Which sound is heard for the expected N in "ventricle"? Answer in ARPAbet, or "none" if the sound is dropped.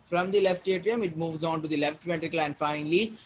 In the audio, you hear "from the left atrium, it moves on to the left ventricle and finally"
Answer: none